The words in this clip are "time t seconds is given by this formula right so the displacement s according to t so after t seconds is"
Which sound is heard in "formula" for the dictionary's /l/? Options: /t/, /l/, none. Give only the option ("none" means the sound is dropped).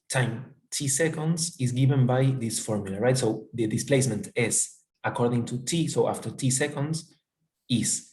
/l/